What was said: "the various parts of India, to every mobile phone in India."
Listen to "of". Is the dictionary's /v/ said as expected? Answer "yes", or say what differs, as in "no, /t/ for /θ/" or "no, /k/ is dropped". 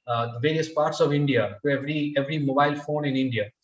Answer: yes